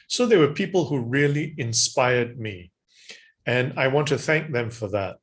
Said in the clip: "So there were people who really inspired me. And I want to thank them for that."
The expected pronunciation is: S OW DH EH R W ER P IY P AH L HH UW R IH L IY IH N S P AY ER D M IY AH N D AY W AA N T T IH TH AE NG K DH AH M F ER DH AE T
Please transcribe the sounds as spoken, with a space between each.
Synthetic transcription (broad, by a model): S OW DH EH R W ER P IY P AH L HH UW R IH L IY IH N S P AY ER D M IY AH N AY W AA N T T IH TH AE NG K DH AH M F ER DH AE T